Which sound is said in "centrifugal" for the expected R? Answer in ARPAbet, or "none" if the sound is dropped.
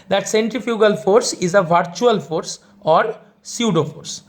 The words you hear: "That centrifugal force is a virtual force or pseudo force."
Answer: R